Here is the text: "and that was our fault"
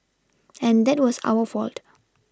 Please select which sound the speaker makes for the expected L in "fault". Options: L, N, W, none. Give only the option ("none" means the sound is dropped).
L